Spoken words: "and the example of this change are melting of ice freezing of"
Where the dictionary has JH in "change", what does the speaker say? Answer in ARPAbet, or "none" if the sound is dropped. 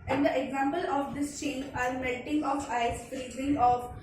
none